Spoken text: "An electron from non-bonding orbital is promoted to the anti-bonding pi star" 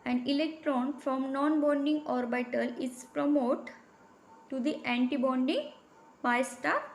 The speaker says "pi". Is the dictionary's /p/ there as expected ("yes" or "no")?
no